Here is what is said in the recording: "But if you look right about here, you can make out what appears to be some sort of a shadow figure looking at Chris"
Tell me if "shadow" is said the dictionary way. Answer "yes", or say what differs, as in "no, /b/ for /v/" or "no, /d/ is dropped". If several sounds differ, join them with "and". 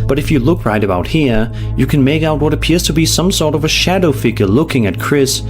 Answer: yes